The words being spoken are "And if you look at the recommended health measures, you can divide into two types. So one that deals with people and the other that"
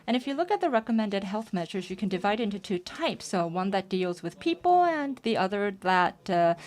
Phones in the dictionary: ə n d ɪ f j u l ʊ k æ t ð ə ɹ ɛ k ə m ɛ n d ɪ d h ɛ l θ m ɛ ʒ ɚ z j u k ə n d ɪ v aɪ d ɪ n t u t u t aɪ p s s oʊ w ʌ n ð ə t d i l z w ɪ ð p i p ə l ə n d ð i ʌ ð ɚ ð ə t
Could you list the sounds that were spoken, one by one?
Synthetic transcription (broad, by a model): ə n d ɪ f j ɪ l ʊ k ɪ t ð ə ɹ ɛ k ə m ɛ n d ɪ d h ɛ l θ m ɛ ʒ ɚ z j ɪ k ə n d ɪ v aɪ d ɪ n t u t u t aɪ p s s oʊ w ʌ n ð ə t d i l z w ɪ ð p i p l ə n ð i ʌ ð ɚ ð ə t